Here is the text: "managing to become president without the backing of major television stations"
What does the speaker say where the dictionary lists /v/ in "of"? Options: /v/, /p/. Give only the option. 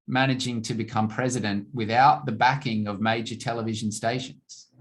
/v/